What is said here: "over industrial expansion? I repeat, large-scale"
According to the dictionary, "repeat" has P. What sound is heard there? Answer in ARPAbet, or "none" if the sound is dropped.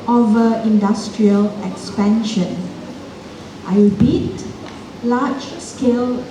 B